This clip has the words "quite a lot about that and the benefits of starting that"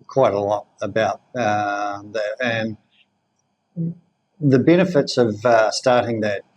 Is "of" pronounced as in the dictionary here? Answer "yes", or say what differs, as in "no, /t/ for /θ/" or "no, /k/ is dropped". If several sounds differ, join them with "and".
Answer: yes